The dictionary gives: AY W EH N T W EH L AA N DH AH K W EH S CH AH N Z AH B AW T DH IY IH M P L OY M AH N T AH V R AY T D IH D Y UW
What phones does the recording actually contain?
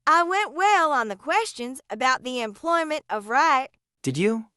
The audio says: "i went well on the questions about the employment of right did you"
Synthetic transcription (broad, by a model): AY W EH N T W EH L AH N DH AH K W EH S CH AH N Z AH B AW T DH IY IH M P L OY M AH N T AH V R AY T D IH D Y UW